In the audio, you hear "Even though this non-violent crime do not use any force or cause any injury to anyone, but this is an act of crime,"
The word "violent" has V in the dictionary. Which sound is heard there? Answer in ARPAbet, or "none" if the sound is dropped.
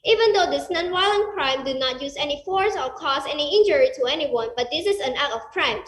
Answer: W